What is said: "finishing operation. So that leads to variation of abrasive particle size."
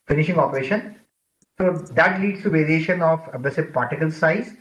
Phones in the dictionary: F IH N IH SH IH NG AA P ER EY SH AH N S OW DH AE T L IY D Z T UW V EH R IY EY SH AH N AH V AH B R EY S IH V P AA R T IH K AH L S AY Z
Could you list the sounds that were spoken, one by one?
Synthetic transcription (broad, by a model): F IH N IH SH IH NG AA P ER EY SH AH N S OW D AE T L IY D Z T UW V EH R IY EY SH AH N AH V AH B L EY S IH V P AA R T IH K AH L S AY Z